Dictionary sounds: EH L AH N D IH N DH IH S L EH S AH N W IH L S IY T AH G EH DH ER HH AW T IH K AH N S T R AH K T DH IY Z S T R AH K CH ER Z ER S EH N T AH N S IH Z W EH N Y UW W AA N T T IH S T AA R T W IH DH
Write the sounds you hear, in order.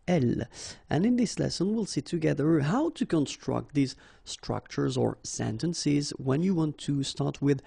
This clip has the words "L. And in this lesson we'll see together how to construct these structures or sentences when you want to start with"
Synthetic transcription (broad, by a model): EH L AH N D IH N DH IH S L EH S AH N W IH L S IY T AH G EH DH ER HH AW T IH K AH N S T R AH K T DH IY Z S T R AH K CH ER Z ER S EH N T AH N S IH Z W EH N Y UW W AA N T T IH S T AA R T W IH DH